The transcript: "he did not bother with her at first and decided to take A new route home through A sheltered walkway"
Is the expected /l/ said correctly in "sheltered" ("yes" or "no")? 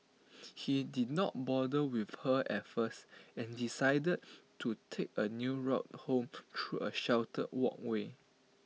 no